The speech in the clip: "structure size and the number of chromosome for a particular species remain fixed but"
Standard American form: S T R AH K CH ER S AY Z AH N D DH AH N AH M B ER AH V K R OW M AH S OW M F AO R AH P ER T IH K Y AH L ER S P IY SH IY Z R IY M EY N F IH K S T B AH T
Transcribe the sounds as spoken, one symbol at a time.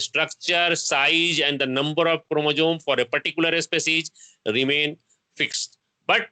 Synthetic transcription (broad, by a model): S T R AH K CH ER S AY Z AH N D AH N AH M B ER AH V K R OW M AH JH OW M F AO R AH P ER T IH K Y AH L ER S P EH S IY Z R IY M EY N F IH K S T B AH T